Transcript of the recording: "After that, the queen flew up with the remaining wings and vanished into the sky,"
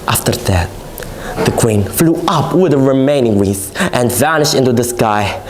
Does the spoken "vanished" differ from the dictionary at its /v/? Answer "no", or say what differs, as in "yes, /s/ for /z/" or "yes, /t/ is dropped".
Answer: no